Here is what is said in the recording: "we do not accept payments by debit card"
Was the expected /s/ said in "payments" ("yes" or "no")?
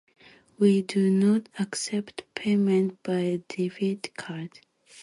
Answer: no